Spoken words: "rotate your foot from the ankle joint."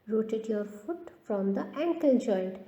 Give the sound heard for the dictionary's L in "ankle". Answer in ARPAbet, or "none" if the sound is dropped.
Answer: N